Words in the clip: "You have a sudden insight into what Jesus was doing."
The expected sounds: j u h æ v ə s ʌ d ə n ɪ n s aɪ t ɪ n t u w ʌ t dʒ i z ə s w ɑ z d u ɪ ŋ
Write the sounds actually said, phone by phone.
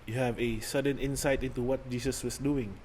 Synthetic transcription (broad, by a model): j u h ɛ v ə s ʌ d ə n ɪ n s aɪ t ɪ n t u w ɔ t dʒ i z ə s w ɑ s d u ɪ ŋ